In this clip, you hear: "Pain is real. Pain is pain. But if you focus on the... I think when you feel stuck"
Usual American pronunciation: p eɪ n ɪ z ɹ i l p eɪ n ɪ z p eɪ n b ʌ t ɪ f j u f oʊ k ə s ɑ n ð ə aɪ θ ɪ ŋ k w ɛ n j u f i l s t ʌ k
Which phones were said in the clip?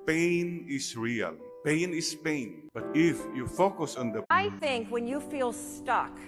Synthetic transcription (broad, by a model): p eɪ n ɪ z ɹ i l p eɪ n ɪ s p eɪ n b ʌ t ɪ f j u f oʊ k ə s ɑ n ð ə aɪ θ ɪ ŋ k w ɛ n j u f i l s t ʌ k